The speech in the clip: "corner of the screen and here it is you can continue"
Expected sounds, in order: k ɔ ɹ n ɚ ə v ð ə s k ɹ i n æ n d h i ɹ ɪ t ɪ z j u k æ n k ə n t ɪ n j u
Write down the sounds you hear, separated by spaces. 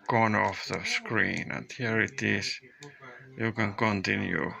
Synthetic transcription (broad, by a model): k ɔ n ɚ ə f ð ə s k ɹ i n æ n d h i ɹ ɪ t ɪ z j u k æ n k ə n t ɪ n j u